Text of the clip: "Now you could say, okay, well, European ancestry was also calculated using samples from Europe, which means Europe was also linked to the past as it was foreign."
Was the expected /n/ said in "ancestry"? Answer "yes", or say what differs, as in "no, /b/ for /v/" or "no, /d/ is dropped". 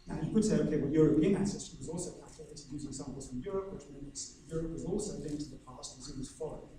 no, /n/ is dropped